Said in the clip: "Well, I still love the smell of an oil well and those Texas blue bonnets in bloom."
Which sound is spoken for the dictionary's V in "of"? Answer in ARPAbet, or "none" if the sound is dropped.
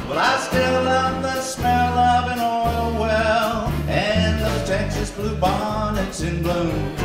V